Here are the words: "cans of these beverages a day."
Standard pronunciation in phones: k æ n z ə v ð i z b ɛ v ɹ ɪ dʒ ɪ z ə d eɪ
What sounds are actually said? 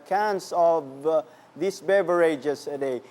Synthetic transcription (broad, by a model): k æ n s ə v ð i s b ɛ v ɹ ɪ dʒ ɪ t ə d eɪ